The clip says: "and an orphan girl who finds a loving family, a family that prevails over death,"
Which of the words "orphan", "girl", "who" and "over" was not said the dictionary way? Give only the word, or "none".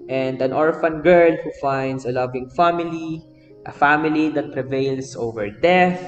none